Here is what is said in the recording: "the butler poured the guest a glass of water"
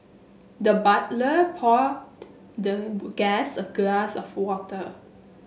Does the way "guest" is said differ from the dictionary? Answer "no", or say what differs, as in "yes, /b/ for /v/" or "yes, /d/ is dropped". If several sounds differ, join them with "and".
yes, /t/ is dropped